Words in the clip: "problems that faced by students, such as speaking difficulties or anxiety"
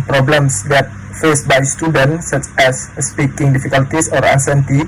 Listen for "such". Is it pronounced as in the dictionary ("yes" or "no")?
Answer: yes